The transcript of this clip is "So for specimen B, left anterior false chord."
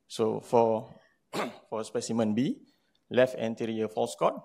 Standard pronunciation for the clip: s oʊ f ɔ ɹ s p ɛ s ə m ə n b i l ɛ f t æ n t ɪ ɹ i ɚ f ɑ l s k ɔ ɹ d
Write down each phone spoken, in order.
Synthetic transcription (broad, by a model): s oʊ f ɔ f s p ɛ s ə m ə n b i l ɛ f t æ n t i ɹ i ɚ f ɑ l s k ɔ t